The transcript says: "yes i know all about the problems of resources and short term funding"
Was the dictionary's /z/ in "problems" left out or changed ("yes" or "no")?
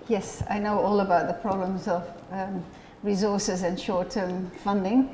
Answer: no